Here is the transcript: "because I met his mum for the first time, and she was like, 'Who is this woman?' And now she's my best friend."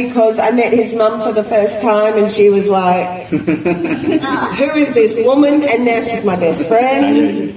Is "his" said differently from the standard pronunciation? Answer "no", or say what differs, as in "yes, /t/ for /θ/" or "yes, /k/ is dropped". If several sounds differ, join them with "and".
no